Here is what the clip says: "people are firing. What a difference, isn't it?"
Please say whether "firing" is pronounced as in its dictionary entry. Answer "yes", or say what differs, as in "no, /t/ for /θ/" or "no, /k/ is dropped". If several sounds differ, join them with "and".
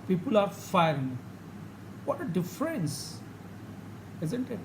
no, /ɹ/ is dropped